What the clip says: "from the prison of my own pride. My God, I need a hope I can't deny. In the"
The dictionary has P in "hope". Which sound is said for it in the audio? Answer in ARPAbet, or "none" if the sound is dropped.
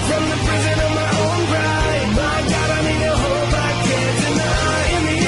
B